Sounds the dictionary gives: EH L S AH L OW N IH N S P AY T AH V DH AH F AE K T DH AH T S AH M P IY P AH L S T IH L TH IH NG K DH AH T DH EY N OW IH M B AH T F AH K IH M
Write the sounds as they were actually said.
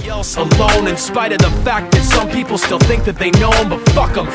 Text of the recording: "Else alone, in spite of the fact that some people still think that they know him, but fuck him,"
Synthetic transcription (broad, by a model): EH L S AH L OW N IH N S P AY T AH V DH AH F AE K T DH AH T S AH M P IY P L S T IH L TH IH NG K DH AH T DH EY N OW IH M B AH T F AH K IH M